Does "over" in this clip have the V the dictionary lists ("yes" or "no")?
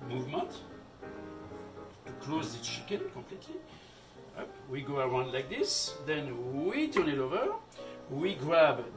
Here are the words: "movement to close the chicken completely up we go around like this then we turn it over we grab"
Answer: yes